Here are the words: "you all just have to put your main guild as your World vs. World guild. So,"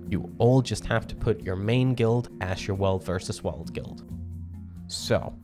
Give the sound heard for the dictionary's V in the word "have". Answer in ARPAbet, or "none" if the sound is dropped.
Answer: F